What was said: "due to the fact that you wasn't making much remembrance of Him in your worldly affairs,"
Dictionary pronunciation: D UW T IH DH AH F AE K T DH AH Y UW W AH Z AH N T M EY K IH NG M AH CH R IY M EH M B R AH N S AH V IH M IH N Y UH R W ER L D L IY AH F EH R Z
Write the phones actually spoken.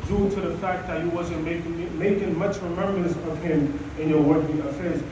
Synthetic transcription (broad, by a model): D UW T IH DH AH F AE K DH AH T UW W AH Z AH N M M EY K IH NG M AH CH R IY M EH M B R AH N S AH V IH M IH N Y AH R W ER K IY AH F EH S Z